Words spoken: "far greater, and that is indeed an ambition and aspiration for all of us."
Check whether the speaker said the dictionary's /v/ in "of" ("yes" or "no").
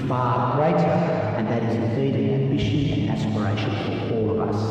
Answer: yes